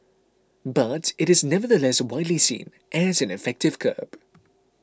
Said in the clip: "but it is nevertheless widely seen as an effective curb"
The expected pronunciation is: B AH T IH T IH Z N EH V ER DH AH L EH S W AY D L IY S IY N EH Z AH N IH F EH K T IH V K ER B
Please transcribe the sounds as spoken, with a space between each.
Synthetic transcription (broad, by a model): B AH T IH T IH Z N EH V ER DH AH L EH S W AY D L IY S IY N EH Z AH N IH F EH K T IH V K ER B